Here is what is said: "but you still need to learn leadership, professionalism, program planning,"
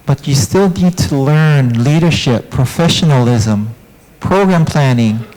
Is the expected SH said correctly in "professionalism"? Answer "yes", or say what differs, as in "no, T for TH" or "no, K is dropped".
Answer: yes